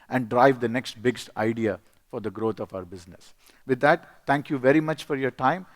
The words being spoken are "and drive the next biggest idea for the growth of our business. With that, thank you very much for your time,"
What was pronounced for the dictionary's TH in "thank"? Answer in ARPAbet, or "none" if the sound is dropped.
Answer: T